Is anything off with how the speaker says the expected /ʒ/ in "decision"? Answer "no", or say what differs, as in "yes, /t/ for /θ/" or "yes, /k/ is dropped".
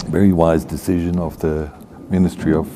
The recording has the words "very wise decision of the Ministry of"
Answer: no